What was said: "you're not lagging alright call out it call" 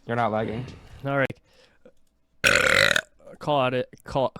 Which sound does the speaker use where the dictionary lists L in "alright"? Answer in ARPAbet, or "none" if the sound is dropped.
none